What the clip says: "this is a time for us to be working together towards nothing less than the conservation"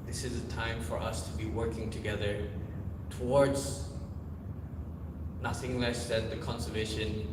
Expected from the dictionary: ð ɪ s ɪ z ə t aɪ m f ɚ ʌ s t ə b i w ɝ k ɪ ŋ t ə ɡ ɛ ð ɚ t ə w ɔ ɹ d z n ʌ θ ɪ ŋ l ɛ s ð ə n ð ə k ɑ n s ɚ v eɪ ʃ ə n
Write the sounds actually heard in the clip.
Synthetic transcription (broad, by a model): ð ɪ s ɪ z ə t aɪ m f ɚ ʌ s t ə b i w ɝ k ɪ ŋ t ə ɡ ɛ ð ɚ t ə w ɔ ɹ d z n ʌ θ ɪ ŋ l ɛ s ð ə n ð ə k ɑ n s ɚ v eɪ ʃ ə n